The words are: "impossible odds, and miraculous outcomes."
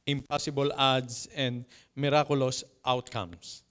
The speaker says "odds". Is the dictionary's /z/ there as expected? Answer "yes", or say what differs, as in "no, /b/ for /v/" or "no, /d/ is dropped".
no, /s/ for /z/